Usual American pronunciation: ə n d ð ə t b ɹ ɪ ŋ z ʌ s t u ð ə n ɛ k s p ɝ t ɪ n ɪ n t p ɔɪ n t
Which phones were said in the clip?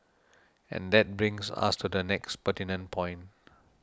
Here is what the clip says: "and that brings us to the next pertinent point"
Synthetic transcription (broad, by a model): ə n d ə t b ɹ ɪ ŋ s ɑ s t u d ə n ɛ k s p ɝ t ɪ n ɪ n p ɔɪ n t